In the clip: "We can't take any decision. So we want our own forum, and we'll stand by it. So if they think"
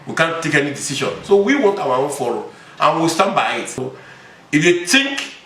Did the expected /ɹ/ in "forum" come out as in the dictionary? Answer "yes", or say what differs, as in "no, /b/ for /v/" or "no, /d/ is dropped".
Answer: no, /l/ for /ɹ/